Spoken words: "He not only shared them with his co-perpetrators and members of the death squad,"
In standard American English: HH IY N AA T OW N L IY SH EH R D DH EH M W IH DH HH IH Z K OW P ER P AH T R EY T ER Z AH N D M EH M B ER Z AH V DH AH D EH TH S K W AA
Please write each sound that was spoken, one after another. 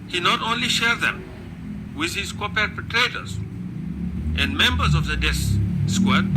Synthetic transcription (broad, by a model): HH IY N AA T OW N L IY SH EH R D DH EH M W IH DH HH IH Z K OW P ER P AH T R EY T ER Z AH N D M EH M B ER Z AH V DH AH D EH S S K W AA